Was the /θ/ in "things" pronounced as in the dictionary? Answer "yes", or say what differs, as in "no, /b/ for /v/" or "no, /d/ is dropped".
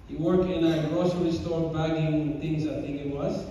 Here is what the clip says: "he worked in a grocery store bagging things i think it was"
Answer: no, /t/ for /θ/